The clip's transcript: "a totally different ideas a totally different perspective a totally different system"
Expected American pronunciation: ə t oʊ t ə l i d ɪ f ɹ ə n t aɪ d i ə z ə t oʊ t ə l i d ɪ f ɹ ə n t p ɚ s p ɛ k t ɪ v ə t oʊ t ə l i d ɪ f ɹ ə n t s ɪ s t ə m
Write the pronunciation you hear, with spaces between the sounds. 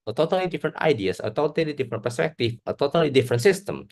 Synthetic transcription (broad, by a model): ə t oʊ t ə l i d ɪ f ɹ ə n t aɪ d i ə s ə t oʊ t ə l i d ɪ f ɹ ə n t p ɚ s p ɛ k t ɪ f ə t oʊ t ə l i d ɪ f ɹ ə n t s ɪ s t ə m